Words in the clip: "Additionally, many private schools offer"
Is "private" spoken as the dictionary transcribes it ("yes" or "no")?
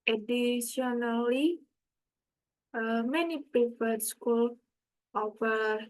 no